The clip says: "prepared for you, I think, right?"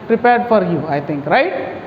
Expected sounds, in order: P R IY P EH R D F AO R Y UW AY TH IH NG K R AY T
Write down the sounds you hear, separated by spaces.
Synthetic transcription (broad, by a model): P R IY P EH R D F AO R Y UW AY T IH NG K R AY T